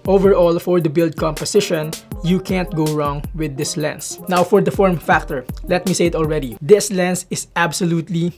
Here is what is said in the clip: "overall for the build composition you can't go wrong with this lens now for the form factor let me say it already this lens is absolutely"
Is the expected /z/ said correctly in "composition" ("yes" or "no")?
no